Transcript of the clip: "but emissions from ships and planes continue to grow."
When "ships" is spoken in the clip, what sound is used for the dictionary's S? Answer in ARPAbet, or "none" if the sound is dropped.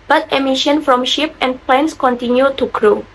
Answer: none